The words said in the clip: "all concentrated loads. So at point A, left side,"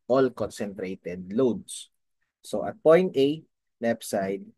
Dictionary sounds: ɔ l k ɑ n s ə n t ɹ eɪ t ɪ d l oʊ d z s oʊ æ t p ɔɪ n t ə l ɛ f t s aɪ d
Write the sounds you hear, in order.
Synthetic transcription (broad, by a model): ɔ l k ɑ n s ə n t ɹ eɪ t ɪ d l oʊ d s s oʊ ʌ t p ɔɪ n t ə n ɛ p s aɪ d